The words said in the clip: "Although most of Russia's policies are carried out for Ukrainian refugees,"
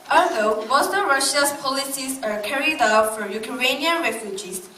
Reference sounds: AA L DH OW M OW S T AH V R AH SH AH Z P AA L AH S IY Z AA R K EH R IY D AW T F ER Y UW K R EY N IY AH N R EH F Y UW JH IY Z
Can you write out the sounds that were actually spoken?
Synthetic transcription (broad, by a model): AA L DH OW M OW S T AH R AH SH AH S P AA L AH S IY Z AA R K EH R IY D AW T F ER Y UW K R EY N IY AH N R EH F Y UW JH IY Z